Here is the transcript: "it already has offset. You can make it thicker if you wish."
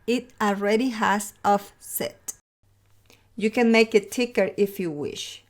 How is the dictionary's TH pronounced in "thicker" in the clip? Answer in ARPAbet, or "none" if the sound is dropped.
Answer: T